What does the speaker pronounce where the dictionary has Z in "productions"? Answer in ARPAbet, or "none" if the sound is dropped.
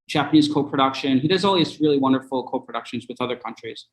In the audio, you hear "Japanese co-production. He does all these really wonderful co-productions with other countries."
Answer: Z